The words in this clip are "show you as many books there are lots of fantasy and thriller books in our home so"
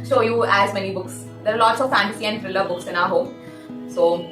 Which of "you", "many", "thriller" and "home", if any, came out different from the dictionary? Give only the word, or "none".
thriller